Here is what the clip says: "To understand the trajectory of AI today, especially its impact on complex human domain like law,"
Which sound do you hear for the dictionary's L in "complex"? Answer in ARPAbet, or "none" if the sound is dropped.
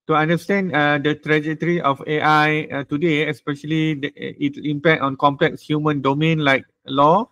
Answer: L